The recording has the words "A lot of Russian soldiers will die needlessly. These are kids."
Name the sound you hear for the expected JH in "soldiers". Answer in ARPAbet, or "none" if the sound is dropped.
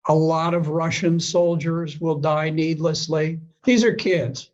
JH